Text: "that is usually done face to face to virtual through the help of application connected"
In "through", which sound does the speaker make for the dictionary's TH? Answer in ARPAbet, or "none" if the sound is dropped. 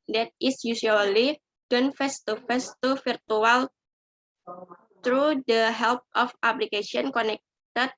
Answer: T